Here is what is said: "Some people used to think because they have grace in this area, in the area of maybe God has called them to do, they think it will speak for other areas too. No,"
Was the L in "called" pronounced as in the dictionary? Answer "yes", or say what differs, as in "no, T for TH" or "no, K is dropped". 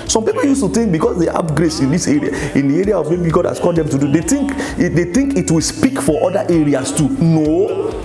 no, L is dropped